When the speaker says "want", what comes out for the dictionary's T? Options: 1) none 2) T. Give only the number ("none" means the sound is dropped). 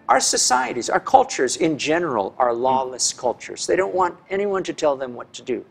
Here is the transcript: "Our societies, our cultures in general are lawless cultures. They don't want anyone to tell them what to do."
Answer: 2